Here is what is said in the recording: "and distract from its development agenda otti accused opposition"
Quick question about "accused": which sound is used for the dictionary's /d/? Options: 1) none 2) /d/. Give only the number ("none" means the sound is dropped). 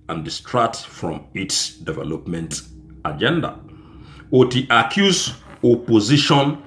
1